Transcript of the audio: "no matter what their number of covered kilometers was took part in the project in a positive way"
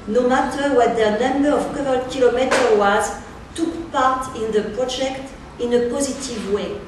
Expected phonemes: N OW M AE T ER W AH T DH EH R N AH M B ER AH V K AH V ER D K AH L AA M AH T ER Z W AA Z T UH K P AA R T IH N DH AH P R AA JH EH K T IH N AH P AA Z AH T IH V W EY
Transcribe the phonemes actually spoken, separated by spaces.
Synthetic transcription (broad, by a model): N OW M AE T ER W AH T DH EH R N AH M B ER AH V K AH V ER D K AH L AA M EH T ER W AA Z T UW K P AA R T IH N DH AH P R AA JH EH K T IH N AH P AA Z AH T IH V W EY